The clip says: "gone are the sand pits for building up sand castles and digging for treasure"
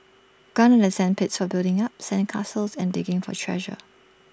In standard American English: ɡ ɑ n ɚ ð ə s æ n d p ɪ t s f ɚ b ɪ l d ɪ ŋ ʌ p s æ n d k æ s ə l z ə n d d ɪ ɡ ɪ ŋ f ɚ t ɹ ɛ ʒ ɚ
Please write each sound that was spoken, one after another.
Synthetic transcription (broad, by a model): ɡ ɑ n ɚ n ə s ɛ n p ɪ t s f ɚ b ɪ l d ɪ ŋ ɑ p s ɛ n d k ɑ s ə l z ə n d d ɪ ɡ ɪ ŋ f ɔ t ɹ ɛ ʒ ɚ